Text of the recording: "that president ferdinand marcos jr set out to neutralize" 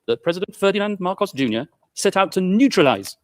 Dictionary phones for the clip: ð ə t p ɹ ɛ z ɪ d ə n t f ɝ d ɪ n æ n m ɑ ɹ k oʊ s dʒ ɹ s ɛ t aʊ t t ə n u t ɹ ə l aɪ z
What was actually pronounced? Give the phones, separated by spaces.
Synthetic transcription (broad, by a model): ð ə t p ɹ ɛ z ɪ d ə n t f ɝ d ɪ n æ n m ɑ ɹ k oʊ s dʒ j s ɛ t aʊ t t ə n u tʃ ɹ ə l aɪ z